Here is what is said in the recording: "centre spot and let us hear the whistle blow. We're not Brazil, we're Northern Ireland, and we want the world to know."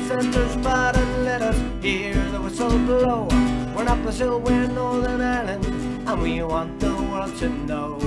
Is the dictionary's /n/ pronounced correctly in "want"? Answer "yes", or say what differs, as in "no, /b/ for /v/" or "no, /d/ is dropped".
yes